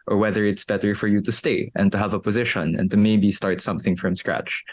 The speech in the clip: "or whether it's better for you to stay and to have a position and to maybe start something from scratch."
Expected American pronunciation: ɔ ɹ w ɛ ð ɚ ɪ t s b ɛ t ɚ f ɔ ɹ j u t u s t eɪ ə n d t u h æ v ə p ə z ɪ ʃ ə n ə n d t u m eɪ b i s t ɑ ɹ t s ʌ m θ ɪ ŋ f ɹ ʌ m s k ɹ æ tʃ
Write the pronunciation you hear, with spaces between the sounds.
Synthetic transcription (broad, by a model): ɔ ɹ w ɛ ð ɚ ɪ t s b ɛ t ɚ f ɔ ɹ j u t u s t eɪ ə n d t u h æ v ə p ə z ɪ ʃ ə n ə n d t u m eɪ b i s t ɑ ɹ t s ʌ m θ ɪ ŋ f ɹ ʌ m s k ɹ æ tʃ